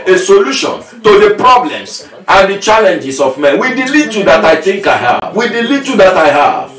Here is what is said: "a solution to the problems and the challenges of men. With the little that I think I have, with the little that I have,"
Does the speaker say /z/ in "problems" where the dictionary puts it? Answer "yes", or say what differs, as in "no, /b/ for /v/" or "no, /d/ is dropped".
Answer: no, /s/ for /z/